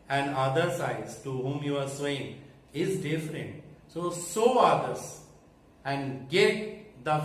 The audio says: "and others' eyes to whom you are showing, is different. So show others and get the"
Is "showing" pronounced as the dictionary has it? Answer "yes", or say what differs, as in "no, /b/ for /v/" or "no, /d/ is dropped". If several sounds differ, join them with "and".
no, /s/ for /ʃ/